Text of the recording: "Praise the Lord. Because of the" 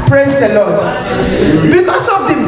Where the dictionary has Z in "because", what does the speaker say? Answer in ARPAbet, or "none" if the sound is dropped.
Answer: S